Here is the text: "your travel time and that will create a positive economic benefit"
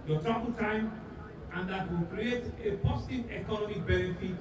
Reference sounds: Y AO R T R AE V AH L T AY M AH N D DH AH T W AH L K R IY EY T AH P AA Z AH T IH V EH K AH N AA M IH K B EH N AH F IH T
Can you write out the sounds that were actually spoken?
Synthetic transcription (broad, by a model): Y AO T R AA B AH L T AY M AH N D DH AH T W AH L K R IY EY T AH P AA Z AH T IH V EH K AH N AA M IH K B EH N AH F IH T